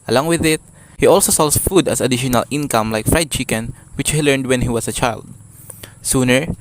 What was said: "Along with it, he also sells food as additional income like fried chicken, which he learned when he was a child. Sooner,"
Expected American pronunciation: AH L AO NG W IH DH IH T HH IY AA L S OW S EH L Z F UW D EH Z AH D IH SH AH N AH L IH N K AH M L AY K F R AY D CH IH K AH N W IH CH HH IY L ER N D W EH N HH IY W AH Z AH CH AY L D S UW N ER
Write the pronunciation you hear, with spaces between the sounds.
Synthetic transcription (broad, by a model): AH L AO NG W IH DH IH T HH IY AA L S OW S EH L S F UW D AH S AH D IH SH AH N AH L IH N K AH M L AY K F R AY D CH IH K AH N W IH CH HH IY L ER N D W EH N HH IY W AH S AH CH AY L D S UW N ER